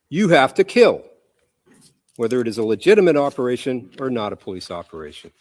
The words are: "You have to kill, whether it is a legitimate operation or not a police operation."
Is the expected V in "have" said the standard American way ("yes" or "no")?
no